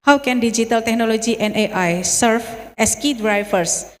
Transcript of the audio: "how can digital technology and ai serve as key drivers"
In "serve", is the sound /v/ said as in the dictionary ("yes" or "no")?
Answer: no